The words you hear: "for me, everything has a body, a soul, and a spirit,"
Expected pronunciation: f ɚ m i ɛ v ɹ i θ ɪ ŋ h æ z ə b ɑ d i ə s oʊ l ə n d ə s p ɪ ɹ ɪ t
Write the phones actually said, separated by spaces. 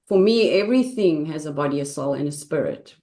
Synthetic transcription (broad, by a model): f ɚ m i ɛ v ɹ i θ ɪ ŋ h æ z ə b ɑ d i ə s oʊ l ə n ə s p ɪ ɹ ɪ t